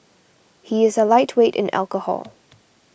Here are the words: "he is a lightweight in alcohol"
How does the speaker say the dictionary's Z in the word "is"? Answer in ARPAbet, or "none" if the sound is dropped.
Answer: Z